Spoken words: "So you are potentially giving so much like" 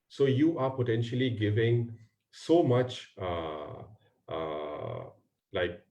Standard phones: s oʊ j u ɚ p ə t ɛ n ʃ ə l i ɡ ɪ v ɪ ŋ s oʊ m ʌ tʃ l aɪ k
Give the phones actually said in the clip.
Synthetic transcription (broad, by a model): s oʊ j u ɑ p ə t ɛ n ʃ ə l i ɡ ɪ v ɪ ŋ s oʊ m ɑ tʃ l aɪ k